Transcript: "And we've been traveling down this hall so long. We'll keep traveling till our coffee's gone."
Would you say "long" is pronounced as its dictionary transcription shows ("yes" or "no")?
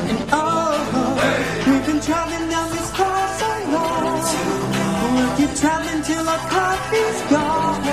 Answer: no